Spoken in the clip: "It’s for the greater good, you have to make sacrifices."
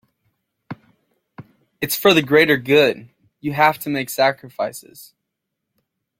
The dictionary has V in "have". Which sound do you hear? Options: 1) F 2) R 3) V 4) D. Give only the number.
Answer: 1